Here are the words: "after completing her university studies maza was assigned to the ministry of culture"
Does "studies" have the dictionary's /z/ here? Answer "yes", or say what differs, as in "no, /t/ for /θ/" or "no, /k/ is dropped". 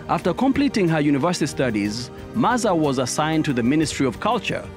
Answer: yes